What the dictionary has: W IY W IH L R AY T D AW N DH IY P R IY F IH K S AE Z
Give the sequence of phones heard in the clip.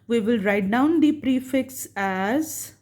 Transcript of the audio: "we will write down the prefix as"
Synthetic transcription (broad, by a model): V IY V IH L R AY T D AW N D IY P R IY F IH K S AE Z